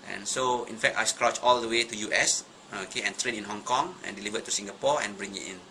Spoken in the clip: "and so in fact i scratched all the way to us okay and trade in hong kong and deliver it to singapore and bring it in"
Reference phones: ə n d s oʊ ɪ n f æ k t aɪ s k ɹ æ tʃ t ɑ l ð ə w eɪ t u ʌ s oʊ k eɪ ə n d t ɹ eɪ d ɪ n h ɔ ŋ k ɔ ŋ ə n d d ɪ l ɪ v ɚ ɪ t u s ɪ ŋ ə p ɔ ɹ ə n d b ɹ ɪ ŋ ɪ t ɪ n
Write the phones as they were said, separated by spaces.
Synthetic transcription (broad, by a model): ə n s oʊ ɪ n f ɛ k t aɪ s k ɹ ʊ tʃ ɑ l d ə w eɪ t u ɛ s oʊ k eɪ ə n t ɹ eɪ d ɪ n h ɔ ŋ k ɔ ŋ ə n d d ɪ l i v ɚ ɪ t u s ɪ ŋ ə p ɔ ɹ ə n b ɹ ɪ ŋ ɪ t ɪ n